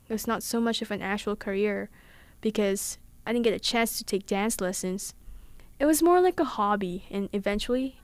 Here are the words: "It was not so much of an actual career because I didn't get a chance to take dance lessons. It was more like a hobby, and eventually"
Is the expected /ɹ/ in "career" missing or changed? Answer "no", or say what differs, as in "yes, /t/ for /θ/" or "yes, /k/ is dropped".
no